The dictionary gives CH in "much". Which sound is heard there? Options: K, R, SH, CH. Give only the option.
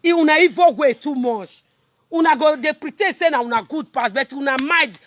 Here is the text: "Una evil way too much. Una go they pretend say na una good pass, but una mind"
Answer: SH